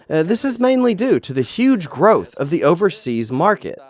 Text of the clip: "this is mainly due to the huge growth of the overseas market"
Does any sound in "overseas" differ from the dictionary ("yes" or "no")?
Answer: no